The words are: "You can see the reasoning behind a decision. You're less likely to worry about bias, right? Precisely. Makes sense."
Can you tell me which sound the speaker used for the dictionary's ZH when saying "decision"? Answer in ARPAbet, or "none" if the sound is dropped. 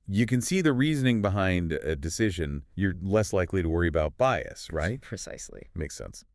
ZH